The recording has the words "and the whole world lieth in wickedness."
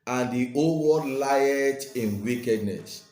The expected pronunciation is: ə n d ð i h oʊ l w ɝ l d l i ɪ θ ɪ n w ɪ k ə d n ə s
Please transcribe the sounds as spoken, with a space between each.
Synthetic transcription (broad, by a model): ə n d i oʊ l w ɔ d l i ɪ t ɪ n w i k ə d n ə s